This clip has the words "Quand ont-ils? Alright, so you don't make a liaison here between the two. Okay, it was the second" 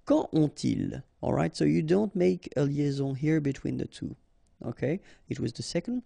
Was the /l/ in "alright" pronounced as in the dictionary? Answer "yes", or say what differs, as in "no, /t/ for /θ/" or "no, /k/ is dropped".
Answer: yes